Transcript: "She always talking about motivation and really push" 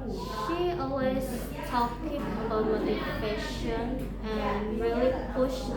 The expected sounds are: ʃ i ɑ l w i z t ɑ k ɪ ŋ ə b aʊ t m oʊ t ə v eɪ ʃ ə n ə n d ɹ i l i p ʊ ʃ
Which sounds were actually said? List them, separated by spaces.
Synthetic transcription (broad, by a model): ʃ i ɑ l w i z t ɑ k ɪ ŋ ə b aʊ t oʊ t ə eɪ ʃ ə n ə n ɹ i l i p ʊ ʃ